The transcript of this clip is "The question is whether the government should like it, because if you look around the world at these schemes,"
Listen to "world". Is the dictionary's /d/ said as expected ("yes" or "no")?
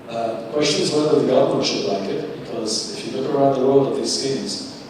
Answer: no